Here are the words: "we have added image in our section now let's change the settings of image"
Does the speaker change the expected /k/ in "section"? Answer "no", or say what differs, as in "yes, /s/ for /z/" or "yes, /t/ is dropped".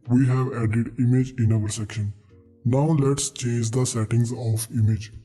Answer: no